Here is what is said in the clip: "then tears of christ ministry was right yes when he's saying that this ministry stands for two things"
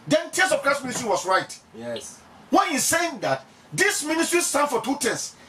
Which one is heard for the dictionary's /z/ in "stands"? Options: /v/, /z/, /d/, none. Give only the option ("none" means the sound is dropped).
none